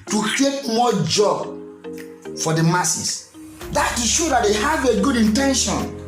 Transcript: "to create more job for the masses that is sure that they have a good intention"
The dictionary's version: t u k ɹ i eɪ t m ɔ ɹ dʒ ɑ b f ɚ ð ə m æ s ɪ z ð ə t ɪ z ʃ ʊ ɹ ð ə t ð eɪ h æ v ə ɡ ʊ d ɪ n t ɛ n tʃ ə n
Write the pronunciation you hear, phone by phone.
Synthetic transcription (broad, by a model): t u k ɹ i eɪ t m ɔ dʒ ɑ b f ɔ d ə m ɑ s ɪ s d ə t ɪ ʃ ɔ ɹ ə t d eɪ h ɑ v ə ɡ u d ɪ n t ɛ n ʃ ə n